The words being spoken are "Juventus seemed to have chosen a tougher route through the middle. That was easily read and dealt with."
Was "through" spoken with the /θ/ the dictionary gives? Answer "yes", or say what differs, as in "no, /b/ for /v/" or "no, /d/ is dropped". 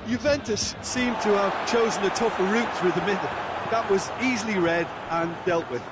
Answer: yes